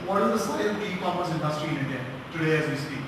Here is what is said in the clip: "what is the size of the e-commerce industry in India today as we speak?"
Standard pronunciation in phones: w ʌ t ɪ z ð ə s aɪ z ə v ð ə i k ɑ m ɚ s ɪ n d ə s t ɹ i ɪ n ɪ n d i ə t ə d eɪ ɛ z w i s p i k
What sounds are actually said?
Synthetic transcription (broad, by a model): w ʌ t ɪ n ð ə s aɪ ə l i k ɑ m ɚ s ɪ n d ə s t ɹ i ɪ n ɪ n d i ə t ə d eɪ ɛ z w i s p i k